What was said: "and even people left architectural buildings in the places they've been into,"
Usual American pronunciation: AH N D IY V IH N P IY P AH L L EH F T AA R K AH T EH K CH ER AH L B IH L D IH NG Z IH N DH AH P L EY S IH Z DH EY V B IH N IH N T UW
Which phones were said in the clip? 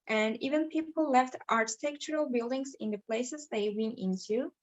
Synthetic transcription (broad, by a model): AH N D IY V IH N P IY P L L EH F T AA R K AH T EH K CH ER AH L B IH L D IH NG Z IH N DH AH P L EY S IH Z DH EY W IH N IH N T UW